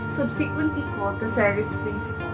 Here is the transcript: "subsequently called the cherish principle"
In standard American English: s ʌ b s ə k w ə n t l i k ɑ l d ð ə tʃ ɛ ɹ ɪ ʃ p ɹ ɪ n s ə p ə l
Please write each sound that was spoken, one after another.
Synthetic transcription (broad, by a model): s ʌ b s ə k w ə n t l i k ɑ l d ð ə s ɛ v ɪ s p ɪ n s